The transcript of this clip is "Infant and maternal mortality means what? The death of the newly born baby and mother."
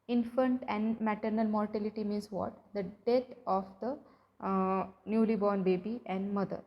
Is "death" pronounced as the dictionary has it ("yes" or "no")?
no